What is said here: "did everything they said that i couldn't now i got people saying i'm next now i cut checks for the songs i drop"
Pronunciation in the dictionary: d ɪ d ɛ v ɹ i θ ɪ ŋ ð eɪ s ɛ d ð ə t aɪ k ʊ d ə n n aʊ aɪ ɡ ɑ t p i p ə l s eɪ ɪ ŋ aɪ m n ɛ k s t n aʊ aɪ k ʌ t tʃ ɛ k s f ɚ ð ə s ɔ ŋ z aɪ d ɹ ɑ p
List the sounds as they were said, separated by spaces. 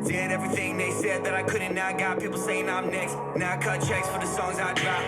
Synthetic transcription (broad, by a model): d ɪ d ɛ v ɹ i θ ɪ ŋ ð eɪ s ɛ d ð ə t aɪ k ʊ d n n aʊ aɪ ɡ ɑ t p i p l s eɪ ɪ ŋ aɪ m n ɛ k s t n aʊ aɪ k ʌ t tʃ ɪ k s f ɚ ð ə s ɔ ŋ z aɪ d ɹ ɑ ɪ